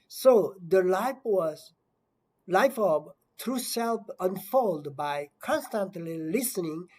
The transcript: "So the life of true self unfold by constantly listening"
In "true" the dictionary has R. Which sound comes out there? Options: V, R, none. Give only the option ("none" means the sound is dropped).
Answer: R